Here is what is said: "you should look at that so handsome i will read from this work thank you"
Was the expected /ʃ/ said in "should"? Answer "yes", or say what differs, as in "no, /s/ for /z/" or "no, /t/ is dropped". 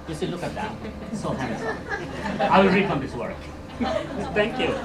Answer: no, /s/ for /ʃ/